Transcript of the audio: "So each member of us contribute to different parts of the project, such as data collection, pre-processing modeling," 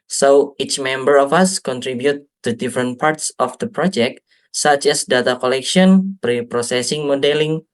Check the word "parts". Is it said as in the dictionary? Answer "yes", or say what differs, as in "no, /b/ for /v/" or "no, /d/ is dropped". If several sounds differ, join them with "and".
yes